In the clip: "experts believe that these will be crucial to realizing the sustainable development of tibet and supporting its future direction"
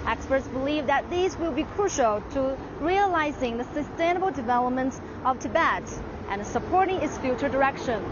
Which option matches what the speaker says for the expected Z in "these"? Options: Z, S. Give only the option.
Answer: Z